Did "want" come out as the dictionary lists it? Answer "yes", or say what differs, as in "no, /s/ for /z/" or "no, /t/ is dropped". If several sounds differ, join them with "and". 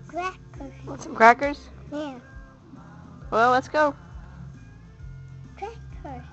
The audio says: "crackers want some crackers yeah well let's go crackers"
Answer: no, /n/ is dropped